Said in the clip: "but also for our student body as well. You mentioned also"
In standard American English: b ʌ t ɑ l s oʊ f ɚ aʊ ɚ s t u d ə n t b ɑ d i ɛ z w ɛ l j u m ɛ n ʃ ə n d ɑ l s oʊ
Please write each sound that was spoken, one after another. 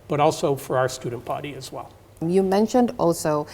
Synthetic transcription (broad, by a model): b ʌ t ɑ l s oʊ f ɚ aʊ ɚ s t u d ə n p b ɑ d i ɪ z w ɛ l j u m ɛ n ʃ ə n d ɑ l s oʊ